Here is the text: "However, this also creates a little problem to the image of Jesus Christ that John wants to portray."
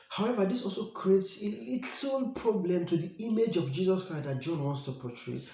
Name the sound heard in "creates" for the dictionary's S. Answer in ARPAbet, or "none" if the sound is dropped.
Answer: S